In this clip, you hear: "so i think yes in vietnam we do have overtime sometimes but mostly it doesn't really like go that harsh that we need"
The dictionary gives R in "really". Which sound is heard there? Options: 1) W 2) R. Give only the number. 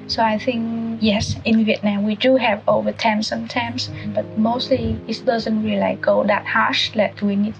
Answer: 1